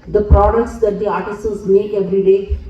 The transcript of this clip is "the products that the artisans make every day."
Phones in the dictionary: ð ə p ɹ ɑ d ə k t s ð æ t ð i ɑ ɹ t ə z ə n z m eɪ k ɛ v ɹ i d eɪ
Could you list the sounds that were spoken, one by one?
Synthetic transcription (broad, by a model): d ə p ɹ ɑ d ə k t s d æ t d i ɑ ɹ t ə s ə l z m eɪ k ɛ v ɹ i d eɪ